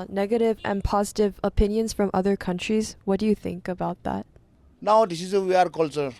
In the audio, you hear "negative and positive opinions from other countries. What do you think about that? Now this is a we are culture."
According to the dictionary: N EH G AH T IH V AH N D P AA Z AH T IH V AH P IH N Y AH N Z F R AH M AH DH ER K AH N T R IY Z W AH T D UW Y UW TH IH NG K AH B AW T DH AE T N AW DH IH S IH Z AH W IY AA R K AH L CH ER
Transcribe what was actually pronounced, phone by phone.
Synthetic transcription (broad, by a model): N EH G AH T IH V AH N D P AA Z AH T IH V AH P IH N Y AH N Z F R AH M AH DH ER K AH N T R IY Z W AH T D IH Y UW TH IH NG K AH B AW T DH AE T N AW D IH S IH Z AH W IY AA R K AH L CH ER